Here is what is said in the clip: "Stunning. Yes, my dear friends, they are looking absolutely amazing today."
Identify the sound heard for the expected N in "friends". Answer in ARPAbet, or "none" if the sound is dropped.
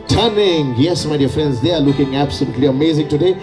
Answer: N